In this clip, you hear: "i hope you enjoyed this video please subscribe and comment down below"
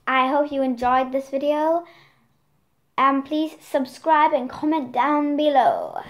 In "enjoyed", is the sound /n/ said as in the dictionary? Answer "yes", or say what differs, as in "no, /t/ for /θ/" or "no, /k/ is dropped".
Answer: yes